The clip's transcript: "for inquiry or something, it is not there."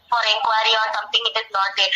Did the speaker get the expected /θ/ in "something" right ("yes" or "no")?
no